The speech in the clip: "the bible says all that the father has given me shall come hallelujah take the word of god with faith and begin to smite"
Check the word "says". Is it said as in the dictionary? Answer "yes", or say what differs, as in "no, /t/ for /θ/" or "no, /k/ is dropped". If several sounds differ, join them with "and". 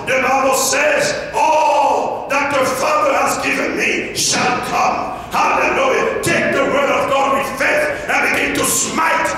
yes